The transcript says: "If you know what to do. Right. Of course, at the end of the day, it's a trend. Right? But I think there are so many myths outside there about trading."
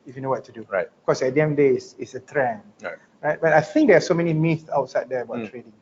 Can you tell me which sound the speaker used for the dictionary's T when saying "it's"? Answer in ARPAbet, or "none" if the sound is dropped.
S